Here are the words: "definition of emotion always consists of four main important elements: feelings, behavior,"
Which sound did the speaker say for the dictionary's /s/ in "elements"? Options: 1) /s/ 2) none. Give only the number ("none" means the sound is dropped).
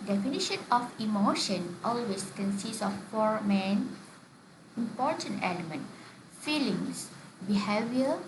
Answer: 2